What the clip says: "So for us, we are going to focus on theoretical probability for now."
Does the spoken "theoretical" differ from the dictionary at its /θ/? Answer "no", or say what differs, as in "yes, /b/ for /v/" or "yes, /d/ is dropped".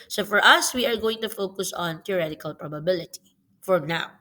yes, /t/ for /θ/